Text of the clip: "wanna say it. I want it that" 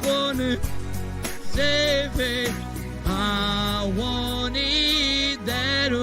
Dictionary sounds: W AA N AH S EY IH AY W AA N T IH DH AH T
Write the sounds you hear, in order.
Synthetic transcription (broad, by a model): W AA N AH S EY IH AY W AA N IH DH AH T